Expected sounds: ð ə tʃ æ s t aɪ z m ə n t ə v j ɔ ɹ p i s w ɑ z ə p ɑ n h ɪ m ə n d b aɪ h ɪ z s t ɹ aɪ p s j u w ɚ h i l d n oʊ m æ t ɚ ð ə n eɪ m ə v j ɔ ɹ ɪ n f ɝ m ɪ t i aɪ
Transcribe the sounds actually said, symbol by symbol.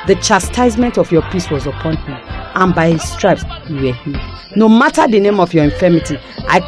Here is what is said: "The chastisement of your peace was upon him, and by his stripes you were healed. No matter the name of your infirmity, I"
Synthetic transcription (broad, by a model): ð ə tʃ æ s t aɪ z m ə n t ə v j ɔ p i s w ɑ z ə p ɑ n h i m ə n b aɪ h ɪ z s t ɹ aɪ p s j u w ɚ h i n oʊ m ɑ t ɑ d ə n eɪ m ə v j ɔ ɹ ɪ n f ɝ m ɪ t i aɪ